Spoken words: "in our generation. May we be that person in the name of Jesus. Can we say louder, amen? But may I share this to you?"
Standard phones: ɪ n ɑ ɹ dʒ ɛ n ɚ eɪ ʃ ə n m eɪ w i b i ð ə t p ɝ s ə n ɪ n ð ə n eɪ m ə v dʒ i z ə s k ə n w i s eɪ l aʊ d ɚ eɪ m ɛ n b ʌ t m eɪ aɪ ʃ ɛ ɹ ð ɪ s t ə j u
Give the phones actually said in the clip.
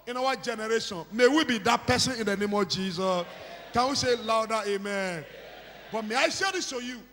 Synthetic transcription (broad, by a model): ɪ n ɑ w dʒ ɛ n ɚ eɪ ʃ ə n m eɪ w i b i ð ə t p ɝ s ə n ɪ n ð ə n eɪ m ə v dʒ i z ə s k ə n w i s eɪ l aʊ d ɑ eɪ m ɛ n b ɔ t m eɪ aɪ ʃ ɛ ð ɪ s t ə j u